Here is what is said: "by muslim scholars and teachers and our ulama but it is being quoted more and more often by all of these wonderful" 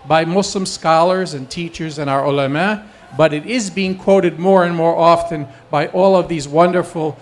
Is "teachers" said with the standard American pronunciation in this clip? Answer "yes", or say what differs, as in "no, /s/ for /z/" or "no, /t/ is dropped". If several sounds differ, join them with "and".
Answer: yes